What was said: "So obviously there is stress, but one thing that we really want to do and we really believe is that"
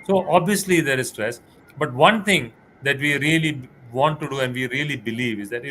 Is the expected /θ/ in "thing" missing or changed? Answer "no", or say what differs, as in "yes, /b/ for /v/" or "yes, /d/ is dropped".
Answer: yes, /t/ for /θ/